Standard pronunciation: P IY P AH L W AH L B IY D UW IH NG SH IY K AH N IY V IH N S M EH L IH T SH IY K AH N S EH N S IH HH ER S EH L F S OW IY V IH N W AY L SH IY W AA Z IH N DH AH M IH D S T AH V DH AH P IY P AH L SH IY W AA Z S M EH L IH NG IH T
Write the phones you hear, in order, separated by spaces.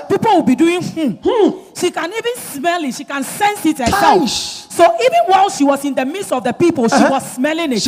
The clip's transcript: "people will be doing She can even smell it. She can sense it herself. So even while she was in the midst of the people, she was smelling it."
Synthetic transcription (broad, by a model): P IY P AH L W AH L B IY D UW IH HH SH IY K AH N IY V IH N S M EH L IH T SH IY K AH N S EH N S IH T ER EH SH S OW IY V IH N W AY L SH IY W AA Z IH N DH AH M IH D S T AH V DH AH P IY P AH L SH IY W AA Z S M EH L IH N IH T